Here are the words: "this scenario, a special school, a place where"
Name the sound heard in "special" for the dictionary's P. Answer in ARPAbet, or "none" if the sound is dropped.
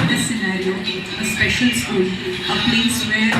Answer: P